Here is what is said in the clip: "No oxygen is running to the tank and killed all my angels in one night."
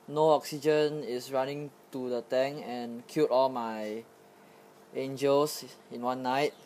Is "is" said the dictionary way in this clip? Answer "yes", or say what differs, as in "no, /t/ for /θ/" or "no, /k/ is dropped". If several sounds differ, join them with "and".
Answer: no, /s/ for /z/